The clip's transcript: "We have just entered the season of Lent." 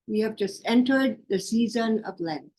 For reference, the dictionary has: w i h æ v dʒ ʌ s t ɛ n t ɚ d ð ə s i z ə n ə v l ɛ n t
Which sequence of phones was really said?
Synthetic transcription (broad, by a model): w i h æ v dʒ ʌ s t ɛ n t ɚ d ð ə s i z ə n ə v l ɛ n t